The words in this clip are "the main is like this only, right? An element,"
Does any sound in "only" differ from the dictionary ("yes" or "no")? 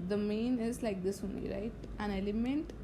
yes